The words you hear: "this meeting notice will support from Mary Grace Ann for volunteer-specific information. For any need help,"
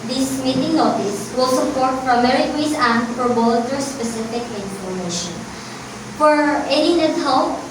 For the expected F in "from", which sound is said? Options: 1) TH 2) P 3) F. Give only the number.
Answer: 2